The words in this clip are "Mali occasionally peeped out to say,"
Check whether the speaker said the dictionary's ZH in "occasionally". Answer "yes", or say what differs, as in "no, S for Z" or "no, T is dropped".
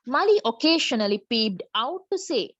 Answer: no, SH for ZH